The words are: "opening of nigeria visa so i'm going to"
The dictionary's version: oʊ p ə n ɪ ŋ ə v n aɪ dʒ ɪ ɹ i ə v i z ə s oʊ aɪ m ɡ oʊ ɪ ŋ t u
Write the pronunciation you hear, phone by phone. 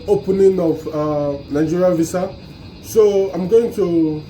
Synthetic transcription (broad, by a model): oʊ p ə n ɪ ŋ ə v n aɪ dʒ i ɹ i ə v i s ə s oʊ aɪ m ɡ oʊ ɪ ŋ t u